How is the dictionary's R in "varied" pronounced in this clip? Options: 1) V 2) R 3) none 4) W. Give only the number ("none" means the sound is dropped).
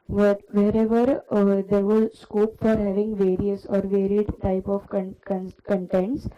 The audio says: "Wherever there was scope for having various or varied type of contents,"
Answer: 2